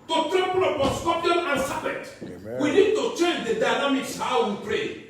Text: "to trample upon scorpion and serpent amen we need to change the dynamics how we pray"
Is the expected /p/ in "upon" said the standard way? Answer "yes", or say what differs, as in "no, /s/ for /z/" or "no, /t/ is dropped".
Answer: no, /p/ is dropped